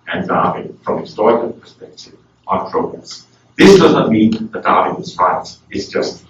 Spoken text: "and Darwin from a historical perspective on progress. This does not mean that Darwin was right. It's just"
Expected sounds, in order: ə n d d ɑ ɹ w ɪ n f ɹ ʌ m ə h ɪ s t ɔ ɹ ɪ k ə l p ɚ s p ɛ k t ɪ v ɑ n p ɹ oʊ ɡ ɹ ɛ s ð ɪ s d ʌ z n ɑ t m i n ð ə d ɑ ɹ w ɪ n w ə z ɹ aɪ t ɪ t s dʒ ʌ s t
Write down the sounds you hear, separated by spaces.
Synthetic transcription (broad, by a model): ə n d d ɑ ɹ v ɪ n f ɹ ʌ m ə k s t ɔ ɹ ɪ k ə n p ɚ s p ɛ k t ɪ v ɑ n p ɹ oʊ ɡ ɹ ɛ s ð ɪ s d ʌ z n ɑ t m i n ð ə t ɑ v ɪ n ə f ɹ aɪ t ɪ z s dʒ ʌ s t